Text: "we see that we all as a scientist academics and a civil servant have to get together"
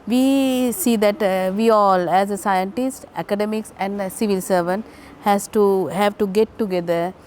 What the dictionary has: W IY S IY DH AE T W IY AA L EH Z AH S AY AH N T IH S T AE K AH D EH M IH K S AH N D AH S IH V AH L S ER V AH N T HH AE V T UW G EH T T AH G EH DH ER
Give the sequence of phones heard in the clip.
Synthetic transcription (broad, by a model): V IY S IY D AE T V IY AA L EH Z AH S AY AH N T IH S T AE K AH D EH M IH K S AH N D S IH V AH L S ER V AH N T HH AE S T UW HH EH T T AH G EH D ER